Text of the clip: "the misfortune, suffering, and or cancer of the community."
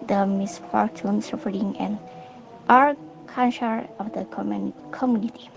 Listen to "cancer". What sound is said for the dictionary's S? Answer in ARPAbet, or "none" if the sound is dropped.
SH